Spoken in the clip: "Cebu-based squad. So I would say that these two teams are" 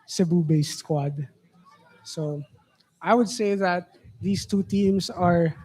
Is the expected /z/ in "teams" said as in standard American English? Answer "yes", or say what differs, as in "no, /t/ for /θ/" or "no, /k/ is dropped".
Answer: no, /s/ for /z/